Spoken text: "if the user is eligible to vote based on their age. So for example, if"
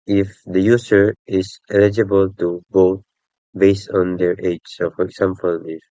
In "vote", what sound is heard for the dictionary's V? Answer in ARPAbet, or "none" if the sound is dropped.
B